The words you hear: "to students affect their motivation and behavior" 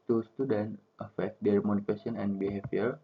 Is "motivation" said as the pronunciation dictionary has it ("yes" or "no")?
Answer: no